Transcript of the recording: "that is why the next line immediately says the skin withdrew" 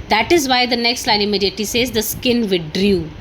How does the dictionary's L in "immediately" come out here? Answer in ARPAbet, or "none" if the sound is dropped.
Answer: none